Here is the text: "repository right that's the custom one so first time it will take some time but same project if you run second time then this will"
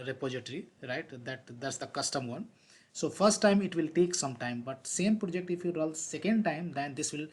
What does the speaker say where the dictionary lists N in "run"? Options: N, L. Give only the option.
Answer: L